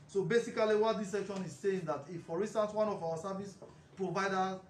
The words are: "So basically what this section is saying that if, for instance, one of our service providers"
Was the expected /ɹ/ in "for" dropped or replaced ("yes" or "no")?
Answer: no